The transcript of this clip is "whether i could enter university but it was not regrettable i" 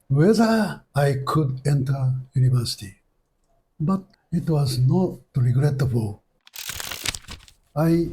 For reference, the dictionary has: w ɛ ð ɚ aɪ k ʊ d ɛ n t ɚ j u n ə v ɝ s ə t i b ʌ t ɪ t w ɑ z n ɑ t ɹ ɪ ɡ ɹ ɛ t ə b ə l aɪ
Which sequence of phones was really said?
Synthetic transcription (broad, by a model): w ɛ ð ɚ aɪ k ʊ d ɛ n t ɚ j u n ə v ɝ s ə t i b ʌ t ɪ t w ɑ z n ɑ t ɹ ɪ ɡ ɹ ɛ t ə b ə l aɪ